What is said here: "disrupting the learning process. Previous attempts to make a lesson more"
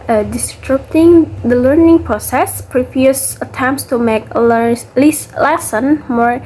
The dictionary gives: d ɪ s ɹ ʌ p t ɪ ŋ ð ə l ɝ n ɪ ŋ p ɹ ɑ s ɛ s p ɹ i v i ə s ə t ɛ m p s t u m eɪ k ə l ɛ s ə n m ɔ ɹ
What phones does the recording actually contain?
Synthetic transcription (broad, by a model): d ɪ s ɹ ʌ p t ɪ ŋ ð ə l ɝ n ɪ ŋ p ɹ ɑ s ɛ s p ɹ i p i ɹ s ə t ɛ m p s t u m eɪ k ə l ɛ s ə n m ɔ ɹ